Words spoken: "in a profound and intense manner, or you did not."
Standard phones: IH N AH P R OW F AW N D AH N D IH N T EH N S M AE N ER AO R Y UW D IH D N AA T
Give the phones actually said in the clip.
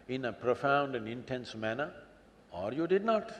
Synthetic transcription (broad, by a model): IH N AH P R OW F AW N D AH N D IH N T EH N S M AE N ER AO R Y UW D IH D N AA T